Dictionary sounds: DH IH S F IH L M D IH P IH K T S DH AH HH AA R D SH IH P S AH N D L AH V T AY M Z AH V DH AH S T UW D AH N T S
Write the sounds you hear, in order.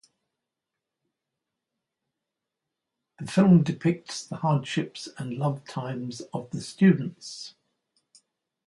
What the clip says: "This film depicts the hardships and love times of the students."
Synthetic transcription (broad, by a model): DH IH F IH L M D IH P IH K T S DH AH HH AA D SH IH P S AH N L AH V T AY M Z AH V DH AH S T UW D N T S